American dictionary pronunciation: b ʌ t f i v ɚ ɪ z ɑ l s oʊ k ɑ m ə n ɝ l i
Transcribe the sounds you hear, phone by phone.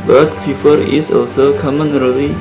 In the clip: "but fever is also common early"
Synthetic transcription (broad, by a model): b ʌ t p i p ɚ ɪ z ɑ l s oʊ k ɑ m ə n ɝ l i